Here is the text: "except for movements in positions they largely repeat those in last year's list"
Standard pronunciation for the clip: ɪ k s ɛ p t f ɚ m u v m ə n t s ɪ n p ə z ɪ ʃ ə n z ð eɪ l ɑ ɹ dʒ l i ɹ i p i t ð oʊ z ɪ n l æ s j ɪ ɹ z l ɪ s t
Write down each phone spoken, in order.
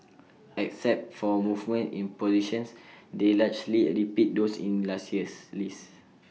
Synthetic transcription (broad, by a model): ɪ k s ɛ p t f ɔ m u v m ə n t ɪ n p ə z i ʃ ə n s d eɪ l ɑ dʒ l i ɹ i p i t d oʊ s ɪ n l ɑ s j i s l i s